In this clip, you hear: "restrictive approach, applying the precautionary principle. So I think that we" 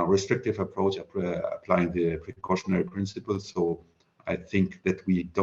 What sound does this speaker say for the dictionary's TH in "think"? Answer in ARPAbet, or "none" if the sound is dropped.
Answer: TH